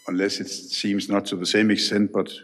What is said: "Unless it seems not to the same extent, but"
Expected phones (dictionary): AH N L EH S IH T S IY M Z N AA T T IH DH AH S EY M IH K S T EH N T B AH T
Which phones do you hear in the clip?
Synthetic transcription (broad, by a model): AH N L EH S IH T S IY M Z N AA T T IH DH AH S EY M IH K S T EH N T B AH T